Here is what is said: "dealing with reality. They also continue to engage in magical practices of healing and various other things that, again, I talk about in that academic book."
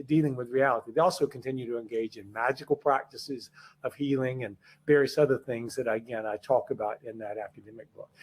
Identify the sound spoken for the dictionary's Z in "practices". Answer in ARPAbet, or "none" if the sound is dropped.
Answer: Z